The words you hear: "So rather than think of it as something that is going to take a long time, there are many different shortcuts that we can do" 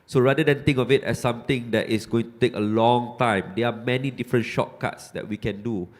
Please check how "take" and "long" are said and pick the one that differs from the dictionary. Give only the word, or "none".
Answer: none